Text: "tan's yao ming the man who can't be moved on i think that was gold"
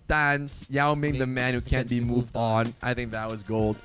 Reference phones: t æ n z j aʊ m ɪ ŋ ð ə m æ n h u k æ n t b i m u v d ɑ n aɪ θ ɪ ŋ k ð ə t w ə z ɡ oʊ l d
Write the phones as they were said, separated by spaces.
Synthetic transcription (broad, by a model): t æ n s j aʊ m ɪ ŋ ð ə m æ n h u k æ n b i m u v d n aɪ θ ɪ ŋ k ð ə t w ə z ɡ oʊ l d